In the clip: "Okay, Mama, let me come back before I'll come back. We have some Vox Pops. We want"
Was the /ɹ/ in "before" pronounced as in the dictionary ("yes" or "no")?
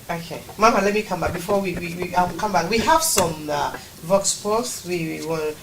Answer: no